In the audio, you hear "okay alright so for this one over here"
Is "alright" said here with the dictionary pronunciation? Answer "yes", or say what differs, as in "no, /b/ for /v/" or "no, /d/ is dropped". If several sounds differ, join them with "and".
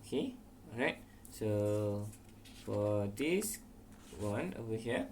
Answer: no, /l/ is dropped